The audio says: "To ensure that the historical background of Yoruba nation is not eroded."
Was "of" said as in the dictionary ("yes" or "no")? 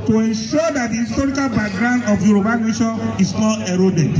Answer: no